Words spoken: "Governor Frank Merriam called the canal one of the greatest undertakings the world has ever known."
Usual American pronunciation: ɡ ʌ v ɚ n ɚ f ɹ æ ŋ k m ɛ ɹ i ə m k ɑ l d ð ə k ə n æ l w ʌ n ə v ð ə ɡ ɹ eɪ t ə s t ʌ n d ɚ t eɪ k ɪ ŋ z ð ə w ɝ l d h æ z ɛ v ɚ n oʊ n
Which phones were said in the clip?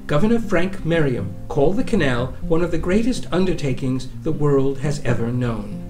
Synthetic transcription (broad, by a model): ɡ ʌ v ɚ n ɚ f ɹ æ ŋ k m ɛ ɹ i ə m k ɑ l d ð ə k ə n æ l w ʌ n ə v ð ə ɡ ɹ eɪ t ə s t ʌ n d ɚ t eɪ k ɪ ŋ z ð ə w ɝ l d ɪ z ɛ v ɚ n oʊ n